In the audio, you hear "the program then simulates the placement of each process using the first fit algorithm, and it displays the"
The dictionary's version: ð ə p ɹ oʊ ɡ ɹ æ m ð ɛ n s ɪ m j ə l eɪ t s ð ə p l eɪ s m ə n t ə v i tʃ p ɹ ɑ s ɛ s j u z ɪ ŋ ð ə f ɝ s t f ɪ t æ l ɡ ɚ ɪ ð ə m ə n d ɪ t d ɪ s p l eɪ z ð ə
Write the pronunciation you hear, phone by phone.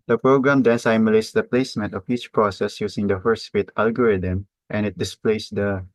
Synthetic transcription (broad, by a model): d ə p ɹ oʊ ɡ ɹ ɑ m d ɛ n s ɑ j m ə l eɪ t s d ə p l eɪ s m ə n t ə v i tʃ p ɹ ɑ s ɛ s j u s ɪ ŋ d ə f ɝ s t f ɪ t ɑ l ɡ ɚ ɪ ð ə m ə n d ɪ t d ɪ s p l eɪ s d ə